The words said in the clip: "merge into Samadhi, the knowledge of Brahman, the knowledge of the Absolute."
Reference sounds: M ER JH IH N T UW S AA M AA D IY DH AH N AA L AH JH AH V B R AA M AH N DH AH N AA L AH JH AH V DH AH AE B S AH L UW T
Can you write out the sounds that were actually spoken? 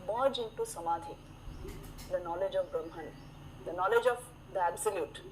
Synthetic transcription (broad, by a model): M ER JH IH N T UW S AA M AA D IY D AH N AA L AH JH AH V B R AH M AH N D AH N AA L AH JH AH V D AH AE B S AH L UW T